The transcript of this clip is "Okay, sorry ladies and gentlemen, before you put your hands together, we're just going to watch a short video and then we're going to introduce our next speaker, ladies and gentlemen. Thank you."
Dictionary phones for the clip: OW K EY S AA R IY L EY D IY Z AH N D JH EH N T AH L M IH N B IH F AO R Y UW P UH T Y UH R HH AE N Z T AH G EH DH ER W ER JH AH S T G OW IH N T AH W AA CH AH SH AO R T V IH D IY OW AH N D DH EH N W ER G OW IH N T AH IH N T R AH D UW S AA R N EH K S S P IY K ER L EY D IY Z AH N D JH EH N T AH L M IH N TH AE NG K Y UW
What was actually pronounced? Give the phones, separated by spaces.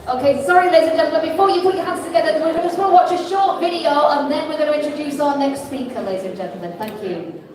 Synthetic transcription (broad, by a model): OW K EY S AA R IY L EY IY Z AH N JH EH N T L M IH N B IH F AO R Y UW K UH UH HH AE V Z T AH G EH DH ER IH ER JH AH S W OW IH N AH W AA CH AH SH AO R T V IH D IY OW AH N DH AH N W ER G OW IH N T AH IH N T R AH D UW S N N N EH K S S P IY K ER L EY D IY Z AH N JH EH N T L M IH N TH AE NG K Y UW